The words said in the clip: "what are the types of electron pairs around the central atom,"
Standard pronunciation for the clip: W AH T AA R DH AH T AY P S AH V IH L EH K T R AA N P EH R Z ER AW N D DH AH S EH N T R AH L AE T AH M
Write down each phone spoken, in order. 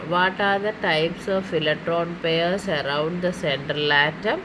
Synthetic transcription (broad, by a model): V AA T AA R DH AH T AY P S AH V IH L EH T R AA N P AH R S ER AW N D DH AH S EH N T R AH L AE T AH M